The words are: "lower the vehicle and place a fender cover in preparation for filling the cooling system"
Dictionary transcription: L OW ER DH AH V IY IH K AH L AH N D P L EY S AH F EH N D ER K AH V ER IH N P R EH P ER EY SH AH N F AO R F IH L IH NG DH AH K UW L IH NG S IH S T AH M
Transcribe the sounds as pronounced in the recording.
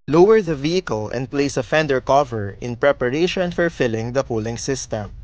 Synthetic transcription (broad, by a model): L OW ER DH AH V IY IH K AH L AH N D P L EY S AH F EH N D ER K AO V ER IH N P R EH P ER EY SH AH N F AO R F IH L IH NG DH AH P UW L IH NG S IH S T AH M